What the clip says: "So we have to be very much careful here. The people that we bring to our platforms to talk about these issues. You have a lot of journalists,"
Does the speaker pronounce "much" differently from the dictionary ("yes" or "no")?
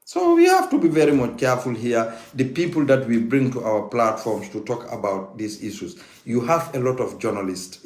no